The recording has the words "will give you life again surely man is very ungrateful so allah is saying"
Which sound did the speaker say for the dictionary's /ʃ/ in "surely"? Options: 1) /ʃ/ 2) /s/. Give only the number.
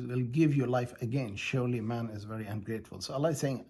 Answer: 1